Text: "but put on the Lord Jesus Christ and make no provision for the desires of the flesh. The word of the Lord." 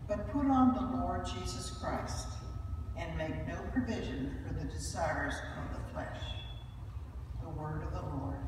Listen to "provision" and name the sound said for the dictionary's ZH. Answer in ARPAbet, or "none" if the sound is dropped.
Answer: ZH